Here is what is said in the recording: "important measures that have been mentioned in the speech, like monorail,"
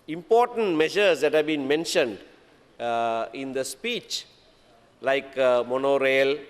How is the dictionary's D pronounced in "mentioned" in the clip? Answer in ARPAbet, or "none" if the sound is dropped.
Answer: D